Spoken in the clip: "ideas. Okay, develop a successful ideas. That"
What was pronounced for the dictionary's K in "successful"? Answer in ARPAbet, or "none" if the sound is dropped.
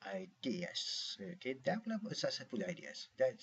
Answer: none